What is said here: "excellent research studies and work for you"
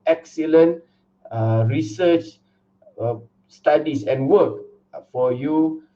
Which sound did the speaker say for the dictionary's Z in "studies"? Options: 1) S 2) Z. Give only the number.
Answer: 1